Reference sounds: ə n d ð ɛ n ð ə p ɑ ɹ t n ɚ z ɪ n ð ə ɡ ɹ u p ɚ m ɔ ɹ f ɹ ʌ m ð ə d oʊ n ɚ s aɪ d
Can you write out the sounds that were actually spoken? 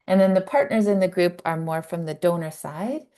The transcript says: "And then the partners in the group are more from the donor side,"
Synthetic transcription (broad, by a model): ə n ð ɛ n ð ə p ɑ ɹ t n ɚ z ɪ n ð ə ɡ ɹ u p ɚ m ɔ ɹ f ɹ ʌ m ð ə d oʊ n ɚ s aɪ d